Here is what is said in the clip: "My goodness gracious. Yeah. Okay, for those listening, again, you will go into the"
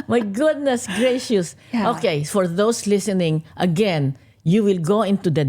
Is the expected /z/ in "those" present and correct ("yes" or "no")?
no